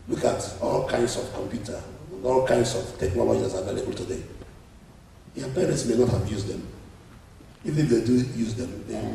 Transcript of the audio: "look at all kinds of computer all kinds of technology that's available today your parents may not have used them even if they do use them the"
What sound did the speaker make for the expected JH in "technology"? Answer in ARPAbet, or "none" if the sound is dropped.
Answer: none